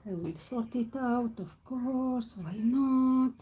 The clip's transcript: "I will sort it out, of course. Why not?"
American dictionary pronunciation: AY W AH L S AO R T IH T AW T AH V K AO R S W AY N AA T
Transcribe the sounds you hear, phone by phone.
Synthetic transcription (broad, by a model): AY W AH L S AO R T IH T AW T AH F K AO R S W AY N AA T